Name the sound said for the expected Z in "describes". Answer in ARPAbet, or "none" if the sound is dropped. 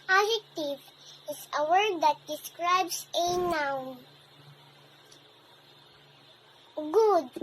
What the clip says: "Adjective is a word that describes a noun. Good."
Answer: S